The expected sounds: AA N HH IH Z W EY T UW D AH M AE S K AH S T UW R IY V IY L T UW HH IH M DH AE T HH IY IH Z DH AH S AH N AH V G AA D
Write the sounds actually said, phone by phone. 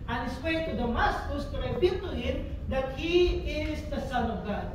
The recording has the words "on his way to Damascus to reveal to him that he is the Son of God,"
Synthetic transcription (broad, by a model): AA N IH S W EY T UW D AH M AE S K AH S T UW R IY P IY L T UW HH IH M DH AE T HH IY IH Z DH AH S AH N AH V G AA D